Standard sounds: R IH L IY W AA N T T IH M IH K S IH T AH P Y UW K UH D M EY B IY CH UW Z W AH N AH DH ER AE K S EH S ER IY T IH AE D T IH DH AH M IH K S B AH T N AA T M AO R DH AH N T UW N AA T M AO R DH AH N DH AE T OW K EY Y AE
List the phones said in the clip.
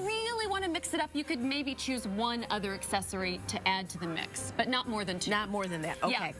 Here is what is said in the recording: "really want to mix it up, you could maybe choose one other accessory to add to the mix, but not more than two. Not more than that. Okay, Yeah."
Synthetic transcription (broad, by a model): R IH L IY W AA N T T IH M IH K S IH T AH P Y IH K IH D M EY B IY CH UW Z W AH N AH DH ER AE K S EH S ER IY T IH AE D T IH DH AH M IH K S B AH T N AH T M AO R DH AH N T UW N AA T M AO R DH AH N DH AE T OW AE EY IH